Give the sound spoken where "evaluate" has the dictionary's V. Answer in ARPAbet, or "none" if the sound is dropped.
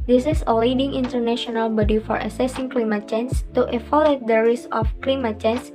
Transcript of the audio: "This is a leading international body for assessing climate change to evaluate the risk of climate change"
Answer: F